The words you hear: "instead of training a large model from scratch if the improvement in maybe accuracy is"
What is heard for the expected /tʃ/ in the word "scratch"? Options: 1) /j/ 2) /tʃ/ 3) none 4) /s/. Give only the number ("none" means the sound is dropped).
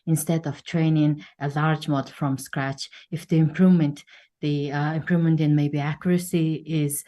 2